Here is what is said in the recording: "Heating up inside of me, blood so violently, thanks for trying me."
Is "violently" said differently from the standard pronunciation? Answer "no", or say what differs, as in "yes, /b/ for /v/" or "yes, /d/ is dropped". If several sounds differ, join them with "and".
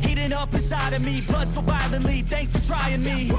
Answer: yes, /b/ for /v/